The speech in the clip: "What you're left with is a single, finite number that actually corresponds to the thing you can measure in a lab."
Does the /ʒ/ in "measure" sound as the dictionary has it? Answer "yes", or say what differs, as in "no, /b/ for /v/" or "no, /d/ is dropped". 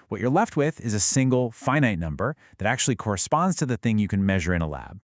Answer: yes